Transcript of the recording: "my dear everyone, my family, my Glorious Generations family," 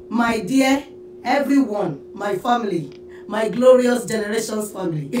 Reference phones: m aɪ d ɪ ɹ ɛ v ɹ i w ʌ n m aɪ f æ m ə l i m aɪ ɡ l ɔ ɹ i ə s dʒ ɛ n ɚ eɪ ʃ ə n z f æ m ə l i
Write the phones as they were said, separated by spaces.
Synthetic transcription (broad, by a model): m aɪ d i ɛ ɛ v ɹ i w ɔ n m aɪ f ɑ m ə l i m aɪ ɡ l ɔ ɹ i ə s dʒ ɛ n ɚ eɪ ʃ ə n s f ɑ m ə l i